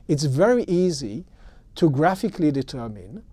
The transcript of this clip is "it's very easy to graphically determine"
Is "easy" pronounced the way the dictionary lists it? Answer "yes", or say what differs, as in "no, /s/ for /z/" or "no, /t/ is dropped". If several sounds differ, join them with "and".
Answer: yes